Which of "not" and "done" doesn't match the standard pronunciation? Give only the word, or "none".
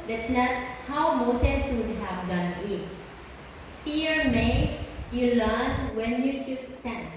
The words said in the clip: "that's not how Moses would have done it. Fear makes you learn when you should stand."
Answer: none